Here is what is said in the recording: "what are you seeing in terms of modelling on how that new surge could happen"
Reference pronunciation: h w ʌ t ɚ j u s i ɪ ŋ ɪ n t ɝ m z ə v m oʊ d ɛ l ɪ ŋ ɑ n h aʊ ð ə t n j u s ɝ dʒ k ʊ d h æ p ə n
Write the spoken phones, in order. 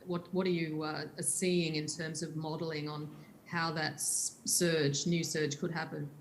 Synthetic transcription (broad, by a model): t w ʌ t ɚ j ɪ s i ɪ ŋ ɪ n t ɝ m z ə v m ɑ d l ɪ ŋ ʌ n h aʊ ð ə t n j u s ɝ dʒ k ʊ d h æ p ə n